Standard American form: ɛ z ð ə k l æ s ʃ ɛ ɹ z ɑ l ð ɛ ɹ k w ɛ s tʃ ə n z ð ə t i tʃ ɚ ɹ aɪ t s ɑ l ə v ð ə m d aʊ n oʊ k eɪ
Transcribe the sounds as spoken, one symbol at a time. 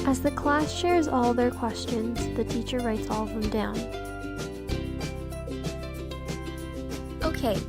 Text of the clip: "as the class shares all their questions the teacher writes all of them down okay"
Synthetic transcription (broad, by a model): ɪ z ð ə k l æ s ʃ ɛ ɹ z ɑ l ð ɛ ɹ k w ɛ s tʃ ə n z ð ə t i tʃ ɚ ɹ aɪ t s ɑ l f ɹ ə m d aʊ n oʊ k eɪ